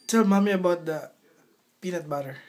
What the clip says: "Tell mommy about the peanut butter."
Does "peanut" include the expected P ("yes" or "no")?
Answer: yes